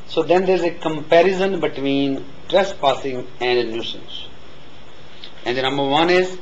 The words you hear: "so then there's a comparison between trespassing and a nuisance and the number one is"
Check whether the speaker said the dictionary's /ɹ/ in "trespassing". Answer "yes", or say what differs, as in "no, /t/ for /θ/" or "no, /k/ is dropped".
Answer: yes